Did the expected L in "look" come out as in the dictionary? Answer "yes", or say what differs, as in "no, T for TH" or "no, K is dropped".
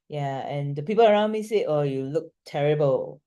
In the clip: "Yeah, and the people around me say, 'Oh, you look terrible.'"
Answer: yes